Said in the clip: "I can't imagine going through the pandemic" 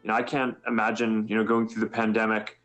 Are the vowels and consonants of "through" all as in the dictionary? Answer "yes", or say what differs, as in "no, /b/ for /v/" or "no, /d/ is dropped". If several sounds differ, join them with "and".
yes